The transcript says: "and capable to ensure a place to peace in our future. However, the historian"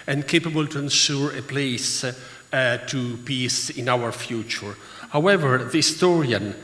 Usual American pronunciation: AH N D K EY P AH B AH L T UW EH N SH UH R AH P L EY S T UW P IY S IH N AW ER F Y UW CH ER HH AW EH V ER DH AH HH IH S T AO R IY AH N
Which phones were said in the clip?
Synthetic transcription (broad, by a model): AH N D K EY P AH B AH L T UW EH N S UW R AH P L EY S T UW P IY S IH N AW ER F Y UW CH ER HH AW EH V ER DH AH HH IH S T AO R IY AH N